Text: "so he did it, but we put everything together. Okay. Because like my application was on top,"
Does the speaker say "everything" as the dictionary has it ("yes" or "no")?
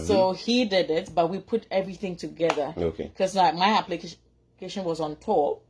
yes